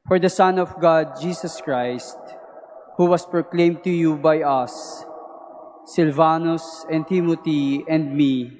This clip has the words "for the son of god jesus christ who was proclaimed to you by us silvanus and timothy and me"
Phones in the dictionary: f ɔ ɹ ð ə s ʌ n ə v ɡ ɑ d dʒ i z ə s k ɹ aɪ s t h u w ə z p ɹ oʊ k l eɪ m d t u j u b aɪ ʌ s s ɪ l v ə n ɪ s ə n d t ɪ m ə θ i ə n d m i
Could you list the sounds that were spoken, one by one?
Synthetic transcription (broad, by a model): f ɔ ɹ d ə s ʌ n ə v ɡ ɑ d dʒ i s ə s k ɹ aɪ s t h u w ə s p ɹ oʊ k l eɪ m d t u j u b aɪ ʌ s s ɪ l v ə n ɪ s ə n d t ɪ m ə t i ə n d m i